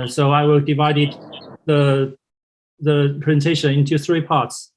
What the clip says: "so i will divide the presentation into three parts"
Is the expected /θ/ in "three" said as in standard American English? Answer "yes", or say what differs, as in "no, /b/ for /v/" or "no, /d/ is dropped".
yes